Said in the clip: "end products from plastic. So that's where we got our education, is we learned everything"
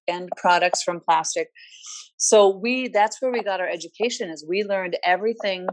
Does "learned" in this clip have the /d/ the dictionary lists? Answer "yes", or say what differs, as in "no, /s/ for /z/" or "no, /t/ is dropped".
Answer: yes